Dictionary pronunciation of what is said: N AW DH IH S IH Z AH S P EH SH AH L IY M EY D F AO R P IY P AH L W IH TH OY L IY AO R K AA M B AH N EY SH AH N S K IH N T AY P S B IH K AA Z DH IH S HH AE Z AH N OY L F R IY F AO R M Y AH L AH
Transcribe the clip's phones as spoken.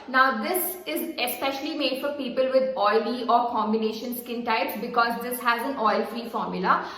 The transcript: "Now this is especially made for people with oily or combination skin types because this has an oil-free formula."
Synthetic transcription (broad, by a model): N AW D IH S IH Z AH S P EH SH AH L IY M EY D F AO R P IY P AH L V IH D OY L IY AO R K AA M B AH N EY SH AH N S K IH N T AY P S B IH K AA Z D IH S HH AE Z AH N OY L F R IY F AO R M Y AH L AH